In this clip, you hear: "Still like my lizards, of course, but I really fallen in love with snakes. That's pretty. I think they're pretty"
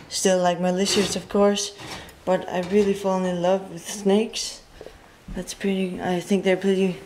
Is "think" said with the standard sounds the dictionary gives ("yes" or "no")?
yes